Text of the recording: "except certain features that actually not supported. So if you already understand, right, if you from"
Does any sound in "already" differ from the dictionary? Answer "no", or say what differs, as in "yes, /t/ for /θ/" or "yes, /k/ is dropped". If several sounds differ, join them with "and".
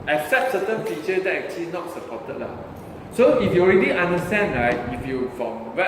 no